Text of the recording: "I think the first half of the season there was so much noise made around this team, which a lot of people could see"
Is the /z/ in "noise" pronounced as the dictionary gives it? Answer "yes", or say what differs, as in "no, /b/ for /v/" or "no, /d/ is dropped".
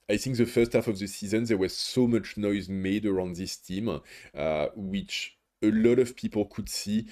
yes